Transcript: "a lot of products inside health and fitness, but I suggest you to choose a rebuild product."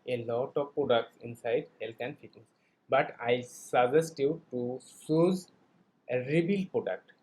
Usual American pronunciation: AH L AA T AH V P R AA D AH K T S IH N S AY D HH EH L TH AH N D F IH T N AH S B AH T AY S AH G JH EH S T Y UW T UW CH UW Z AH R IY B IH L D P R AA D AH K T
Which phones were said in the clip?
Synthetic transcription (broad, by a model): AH L AA T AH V P R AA D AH K T S IH N S AY D HH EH L T AH N D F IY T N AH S B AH T AY S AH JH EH S T Y UW T UW S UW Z AH R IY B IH L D P R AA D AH K T